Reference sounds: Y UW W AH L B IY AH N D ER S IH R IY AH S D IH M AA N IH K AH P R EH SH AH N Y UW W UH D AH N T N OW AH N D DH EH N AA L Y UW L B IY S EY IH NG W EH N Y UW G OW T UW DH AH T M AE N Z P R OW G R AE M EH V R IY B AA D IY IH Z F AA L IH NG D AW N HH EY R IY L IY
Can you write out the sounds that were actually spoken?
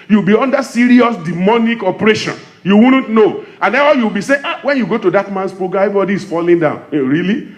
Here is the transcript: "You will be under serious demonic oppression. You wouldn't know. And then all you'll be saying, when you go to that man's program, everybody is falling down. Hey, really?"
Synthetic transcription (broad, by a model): Y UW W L B IY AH N D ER S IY R IY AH S D IH M AA N IH K AH P R EH SH AH N Y UW W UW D N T N OW AH N D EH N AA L Y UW W B IY S EY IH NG W EH N Y UW G OW T UW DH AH T M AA N S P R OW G AA EH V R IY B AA D IY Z F AA L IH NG D AW N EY R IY L IY